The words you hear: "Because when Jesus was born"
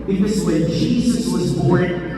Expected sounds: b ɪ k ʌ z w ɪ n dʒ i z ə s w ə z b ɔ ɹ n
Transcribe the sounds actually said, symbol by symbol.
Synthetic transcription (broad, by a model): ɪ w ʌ z w ɪ n dʒ i z ə s w ə z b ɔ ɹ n